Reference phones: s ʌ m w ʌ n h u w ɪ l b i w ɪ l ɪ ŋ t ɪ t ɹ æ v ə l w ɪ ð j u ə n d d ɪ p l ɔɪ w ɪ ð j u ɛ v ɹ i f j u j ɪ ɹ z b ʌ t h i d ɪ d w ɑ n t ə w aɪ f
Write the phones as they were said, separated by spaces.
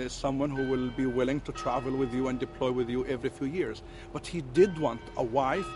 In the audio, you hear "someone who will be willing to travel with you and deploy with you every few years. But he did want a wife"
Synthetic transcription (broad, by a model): s ʌ m w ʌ n h u w ɪ l b i w ɪ l ɪ ŋ t ɪ t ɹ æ v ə l w ɪ ð j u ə n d d ɪ p l ɔɪ w ɪ ð j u ɛ v ɹ i f j u j ɪ ɹ z b ʌ t h i d ɪ d w ɑ n t ə w aɪ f